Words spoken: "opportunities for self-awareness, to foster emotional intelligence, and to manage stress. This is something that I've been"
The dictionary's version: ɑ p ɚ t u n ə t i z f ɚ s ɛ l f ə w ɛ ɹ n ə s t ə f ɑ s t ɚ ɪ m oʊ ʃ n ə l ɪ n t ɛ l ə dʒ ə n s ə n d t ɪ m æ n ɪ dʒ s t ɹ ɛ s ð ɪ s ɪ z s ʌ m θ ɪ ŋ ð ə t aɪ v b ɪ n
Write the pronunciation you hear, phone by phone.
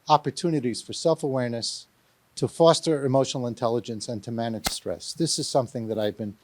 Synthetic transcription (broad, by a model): ɑ p ɚ t u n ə t i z f ɚ s ɛ l f ə w ɛ ɹ n ə s t ə f ɑ s t ɚ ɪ m oʊ ʃ n l ɪ n t ɛ l ə dʒ ə n s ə n t ɪ m æ n ɪ dʒ s t ɹ ɛ s ð ɪ s ɪ z s ʌ m θ ɪ ŋ ð ə t aɪ v b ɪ n